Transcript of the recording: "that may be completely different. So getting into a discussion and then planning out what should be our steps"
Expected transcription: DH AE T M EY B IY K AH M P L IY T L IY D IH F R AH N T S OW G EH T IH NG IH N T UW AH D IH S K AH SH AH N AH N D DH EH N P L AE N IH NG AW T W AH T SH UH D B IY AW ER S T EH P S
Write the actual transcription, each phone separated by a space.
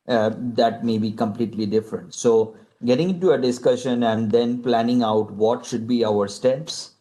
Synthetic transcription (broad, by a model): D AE T M EY B IY K AH M P L IY T L IY D IH F R AH N T S OW G EH T IH NG IH N T UW AH D IH S K AH SH AH N AH N D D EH N P L AE N IH NG AW T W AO T SH UH D B IY AW ER S T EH P S